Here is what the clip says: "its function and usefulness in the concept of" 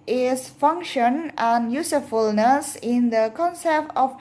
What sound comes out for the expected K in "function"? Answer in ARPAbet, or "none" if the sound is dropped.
K